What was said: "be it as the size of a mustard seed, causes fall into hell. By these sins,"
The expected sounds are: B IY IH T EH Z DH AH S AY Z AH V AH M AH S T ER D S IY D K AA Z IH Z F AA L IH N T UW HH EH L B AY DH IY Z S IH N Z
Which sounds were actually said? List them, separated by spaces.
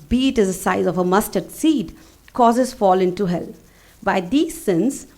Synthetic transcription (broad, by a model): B IY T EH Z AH S AY Z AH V AH M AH S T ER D S IY D K AA Z IH Z F AA L IH N T UW HH EH L B AY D IY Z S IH N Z